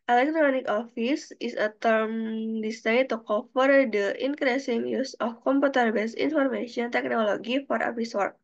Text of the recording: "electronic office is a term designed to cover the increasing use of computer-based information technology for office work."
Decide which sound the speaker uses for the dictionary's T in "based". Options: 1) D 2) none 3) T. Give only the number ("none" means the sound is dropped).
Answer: 2